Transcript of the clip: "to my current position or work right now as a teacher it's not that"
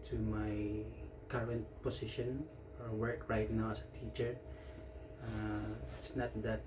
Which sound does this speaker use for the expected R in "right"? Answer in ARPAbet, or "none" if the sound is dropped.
R